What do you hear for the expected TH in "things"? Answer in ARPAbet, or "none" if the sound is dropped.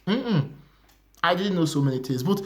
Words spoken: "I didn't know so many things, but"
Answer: T